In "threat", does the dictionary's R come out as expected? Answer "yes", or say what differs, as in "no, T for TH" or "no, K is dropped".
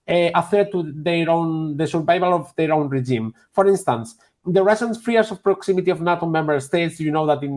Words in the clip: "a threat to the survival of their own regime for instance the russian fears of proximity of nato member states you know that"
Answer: no, R is dropped